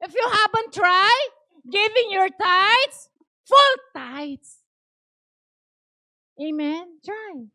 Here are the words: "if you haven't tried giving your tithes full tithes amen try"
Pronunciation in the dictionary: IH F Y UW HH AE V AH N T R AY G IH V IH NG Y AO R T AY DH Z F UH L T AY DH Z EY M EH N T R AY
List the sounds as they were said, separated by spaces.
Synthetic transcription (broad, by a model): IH F Y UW HH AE B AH N T R AY G IH V IH NG Y AO R T AY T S F UH L T AY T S EY M EH N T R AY